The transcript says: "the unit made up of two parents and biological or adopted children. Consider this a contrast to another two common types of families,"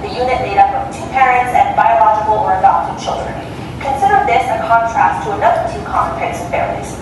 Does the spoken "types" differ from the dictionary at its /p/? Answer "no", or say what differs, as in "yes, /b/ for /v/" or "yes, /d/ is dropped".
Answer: yes, /p/ is dropped